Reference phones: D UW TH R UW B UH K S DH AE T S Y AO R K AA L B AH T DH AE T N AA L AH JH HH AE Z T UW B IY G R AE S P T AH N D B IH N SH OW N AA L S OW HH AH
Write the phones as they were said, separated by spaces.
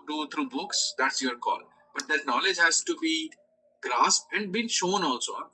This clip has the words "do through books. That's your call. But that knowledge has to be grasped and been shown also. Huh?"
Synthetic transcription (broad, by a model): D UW T R UW B UH K S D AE T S Y AO R K AA L B AH T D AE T N AA L AH JH HH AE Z T UW B IY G R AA S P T AH N D B IH N SH OW N AA L S OW